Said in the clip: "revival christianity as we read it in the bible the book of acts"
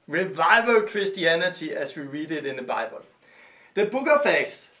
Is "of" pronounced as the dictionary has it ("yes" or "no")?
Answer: no